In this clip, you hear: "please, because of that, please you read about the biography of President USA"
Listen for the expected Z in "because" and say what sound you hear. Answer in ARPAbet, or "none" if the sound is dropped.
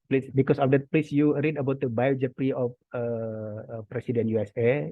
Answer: S